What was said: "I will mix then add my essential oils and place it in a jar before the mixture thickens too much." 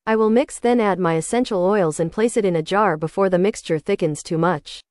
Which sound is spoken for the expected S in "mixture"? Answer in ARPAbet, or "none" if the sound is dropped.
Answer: S